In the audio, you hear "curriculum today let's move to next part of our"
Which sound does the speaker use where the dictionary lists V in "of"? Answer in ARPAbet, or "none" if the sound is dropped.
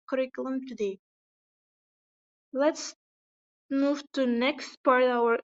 W